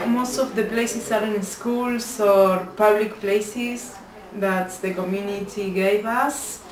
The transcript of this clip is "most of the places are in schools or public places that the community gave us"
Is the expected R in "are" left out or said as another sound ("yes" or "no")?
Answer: no